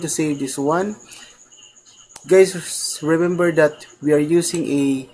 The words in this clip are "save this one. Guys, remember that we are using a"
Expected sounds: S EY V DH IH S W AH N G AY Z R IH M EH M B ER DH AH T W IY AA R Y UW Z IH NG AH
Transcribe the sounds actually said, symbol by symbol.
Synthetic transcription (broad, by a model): S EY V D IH S W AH N G AY S R IH M EH M B ER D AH T W IY AA R Y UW S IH NG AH